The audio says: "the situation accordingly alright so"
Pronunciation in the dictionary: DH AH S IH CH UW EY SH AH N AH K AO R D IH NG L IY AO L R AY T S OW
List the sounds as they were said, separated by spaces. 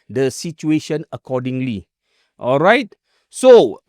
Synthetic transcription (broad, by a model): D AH S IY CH UW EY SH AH N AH K AO D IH NG L IY AO L R AY T S OW